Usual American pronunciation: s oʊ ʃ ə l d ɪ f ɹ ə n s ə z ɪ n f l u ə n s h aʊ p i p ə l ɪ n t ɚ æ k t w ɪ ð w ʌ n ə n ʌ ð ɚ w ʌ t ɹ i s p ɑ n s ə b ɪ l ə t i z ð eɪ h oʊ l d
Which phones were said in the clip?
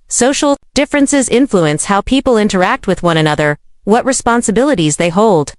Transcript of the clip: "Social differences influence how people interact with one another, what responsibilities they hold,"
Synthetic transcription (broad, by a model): s oʊ ʃ l d ɪ f ɹ ə n s ə z ɪ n f l u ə n s h aʊ p i p l ɪ n t ɚ æ k t w ɪ ð w ʌ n ə n ʌ ð ɚ w ʌ t ɹ i s p ɑ n s ə b ɪ l ə t i z ð eɪ h oʊ l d